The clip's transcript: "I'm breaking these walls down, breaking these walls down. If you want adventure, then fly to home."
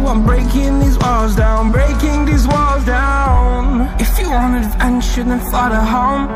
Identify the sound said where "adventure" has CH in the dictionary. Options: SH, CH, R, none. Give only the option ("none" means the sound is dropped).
SH